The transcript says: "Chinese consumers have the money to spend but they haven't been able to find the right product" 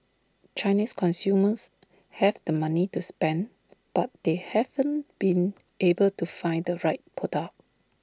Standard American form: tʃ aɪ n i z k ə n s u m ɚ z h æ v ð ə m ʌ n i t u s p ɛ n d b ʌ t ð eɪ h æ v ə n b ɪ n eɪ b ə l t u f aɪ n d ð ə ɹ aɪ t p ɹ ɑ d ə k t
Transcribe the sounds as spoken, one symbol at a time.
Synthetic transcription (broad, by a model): tʃ aɪ n i s k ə n s u m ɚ s h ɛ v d ə m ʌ n i t u s p ɛ n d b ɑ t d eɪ h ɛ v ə n b ɪ n eɪ b ə l t u f aɪ n d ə ɹ aɪ t p ɑ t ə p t